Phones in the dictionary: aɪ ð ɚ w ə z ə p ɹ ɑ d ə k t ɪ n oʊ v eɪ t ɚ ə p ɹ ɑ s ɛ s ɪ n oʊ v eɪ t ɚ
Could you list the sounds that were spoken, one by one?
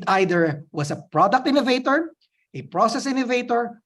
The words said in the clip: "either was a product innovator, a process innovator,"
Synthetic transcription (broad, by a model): aɪ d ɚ w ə s ə p ɹ ɑ d ə k t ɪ n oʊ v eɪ t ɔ ə p ɹ ɑ s ɛ s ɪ n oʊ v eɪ t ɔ